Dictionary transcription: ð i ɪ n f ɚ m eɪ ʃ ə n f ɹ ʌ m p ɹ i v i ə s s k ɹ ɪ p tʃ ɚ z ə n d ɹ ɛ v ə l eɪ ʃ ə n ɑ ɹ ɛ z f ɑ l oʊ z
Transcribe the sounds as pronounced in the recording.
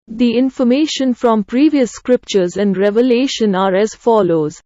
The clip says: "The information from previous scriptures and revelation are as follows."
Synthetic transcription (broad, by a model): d i ɪ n f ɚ m eɪ ʃ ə n f ɹ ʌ m p ɹ i v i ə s s k ɹ ɪ p tʃ ɚ z ə n d ɹ ɛ v ə l eɪ ʃ ə n ɑ ɹ ɛ z f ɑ l oʊ z